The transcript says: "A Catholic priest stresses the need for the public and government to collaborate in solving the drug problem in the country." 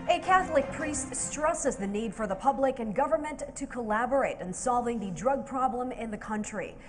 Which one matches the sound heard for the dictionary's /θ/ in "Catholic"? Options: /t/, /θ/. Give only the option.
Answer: /θ/